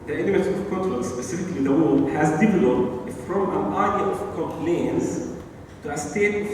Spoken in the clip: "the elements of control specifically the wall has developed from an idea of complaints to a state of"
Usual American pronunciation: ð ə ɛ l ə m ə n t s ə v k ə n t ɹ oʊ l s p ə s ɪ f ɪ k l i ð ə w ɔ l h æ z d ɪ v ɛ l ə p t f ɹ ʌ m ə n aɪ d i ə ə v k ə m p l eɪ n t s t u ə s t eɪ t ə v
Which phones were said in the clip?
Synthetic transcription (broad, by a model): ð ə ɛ n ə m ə t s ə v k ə t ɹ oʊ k s p ə s ɪ f ɪ k l i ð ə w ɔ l h æ z d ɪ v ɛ l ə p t f ɹ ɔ m ə n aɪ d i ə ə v k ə m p l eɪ n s t u ə s t eɪ t